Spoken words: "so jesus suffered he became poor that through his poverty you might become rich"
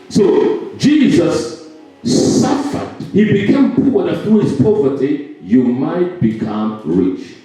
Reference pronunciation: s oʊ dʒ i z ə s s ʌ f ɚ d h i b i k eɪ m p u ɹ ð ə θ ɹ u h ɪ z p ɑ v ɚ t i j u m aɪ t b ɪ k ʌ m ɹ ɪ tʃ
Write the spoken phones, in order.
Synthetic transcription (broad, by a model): s oʊ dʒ i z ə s s ʌ f ɚ d h i b i k eɪ m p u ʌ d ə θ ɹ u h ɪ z p ɑ v ɚ t i j u m aɪ t b ɪ k ʌ m ɹ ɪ tʃ